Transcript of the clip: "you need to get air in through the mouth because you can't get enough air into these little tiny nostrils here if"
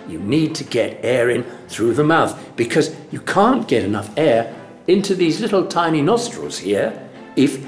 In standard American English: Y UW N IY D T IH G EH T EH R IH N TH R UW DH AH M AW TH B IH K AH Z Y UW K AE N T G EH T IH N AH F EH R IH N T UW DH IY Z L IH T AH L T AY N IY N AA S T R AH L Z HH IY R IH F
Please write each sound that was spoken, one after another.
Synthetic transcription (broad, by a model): Y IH N IY D T IH G EH T EH R IH N TH R UW DH AH M AW TH B IH K AH Z Y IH K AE N G EH T IH N AH F EH R IH N T UW DH IY Z L IH T L T AY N IY N AA S T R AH L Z HH IY R IH F